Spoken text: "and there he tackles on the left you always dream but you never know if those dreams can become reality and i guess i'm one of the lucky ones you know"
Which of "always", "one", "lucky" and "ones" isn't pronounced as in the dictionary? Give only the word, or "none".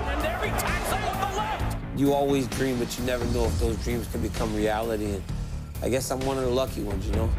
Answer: none